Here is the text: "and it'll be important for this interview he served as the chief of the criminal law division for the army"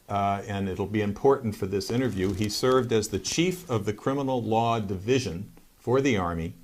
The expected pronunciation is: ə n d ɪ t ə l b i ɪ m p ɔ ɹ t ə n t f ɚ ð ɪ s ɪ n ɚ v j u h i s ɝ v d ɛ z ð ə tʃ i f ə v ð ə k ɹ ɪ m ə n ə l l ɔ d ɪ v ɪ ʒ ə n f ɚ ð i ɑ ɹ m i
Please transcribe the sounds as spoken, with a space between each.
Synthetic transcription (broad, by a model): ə n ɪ t l b i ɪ m p ɔ ɹ t n t f ɚ ð ɪ s ɪ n ɚ v j u i s ɝ v d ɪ z ð ə tʃ i f ə v ð ə k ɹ ɪ m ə n l l ɔ d ɪ v ɪ ʒ ə n f ɚ ð i ɑ ɹ m i